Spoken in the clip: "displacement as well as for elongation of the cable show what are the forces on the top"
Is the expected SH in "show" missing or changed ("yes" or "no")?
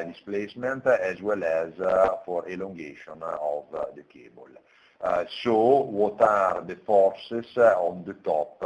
yes